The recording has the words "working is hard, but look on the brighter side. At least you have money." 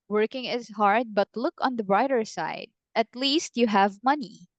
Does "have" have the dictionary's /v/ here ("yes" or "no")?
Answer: yes